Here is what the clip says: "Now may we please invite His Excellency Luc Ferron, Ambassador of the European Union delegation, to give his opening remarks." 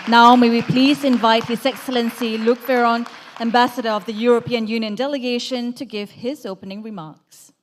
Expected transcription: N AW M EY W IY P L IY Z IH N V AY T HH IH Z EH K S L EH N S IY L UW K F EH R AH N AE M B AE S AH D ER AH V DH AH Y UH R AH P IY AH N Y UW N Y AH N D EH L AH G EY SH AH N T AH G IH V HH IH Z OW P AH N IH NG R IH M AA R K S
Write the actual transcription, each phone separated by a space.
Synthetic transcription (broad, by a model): N AW M EY W IY P L IY Z IH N V AY T HH IH Z EH K S L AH N S IY L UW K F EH R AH N AE M B AE S AH D ER AH V DH AH Y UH R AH P IY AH N Y UW N Y AH N D EH L AH G EY SH AH N T AH G IH V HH IH Z OW P AH N IH NG R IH M AA R K S